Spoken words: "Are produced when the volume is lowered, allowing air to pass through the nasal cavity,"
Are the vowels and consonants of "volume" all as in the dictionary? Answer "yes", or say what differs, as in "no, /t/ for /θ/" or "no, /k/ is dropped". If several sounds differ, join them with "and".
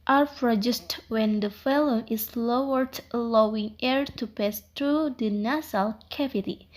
no, /f/ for /v/